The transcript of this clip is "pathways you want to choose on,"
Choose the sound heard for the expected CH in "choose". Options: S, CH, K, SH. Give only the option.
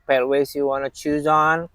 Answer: CH